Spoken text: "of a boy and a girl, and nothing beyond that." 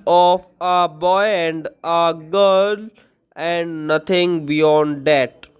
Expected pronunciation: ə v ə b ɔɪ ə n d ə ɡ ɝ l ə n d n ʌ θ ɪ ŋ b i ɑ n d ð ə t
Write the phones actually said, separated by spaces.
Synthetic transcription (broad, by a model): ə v ə b ɔɪ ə n d ə ɡ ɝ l ə n d n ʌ t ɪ ŋ b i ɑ n d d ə t